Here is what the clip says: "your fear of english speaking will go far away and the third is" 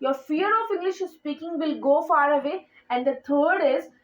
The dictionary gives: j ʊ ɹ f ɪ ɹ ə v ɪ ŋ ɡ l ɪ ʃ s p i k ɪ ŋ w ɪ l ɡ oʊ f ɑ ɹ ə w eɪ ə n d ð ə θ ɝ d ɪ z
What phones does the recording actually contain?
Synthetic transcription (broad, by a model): j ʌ ɹ f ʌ ɹ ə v ɪ ŋ ɡ l ɪ ʃ s p i k ɪ ŋ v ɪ l ɡ oʊ f ɑ ɹ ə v eɪ ə n d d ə t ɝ d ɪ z